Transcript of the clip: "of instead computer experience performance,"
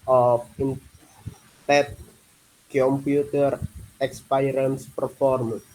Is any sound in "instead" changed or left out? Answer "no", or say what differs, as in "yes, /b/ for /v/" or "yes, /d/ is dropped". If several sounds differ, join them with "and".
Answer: yes, /s/ is dropped